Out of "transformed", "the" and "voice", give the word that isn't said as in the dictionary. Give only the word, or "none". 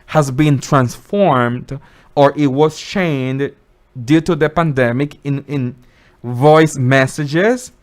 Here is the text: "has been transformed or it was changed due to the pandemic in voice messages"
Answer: none